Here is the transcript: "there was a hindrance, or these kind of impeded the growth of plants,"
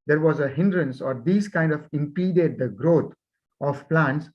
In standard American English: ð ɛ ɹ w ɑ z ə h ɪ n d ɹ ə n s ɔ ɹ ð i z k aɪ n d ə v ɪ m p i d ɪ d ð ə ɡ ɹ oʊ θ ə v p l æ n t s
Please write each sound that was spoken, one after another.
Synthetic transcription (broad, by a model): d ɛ ɹ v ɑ z ə h ɪ n d ɹ ə n s ɔ ɹ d i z k aɪ n d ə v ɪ m p i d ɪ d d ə ɡ ɹ oʊ t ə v p l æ n t s